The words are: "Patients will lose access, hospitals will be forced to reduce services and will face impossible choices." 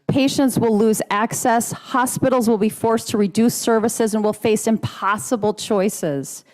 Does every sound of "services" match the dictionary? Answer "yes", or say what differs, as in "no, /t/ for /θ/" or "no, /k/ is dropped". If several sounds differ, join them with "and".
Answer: yes